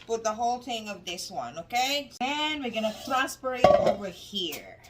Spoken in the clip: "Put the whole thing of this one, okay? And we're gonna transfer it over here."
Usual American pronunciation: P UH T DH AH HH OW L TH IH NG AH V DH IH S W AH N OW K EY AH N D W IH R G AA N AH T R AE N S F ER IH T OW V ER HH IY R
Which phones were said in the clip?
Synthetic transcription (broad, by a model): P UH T DH AH HH OW L TH IH NG AH V DH IH S W AH N OW K EY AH N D W IH R G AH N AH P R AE S P ER IH T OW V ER HH IY R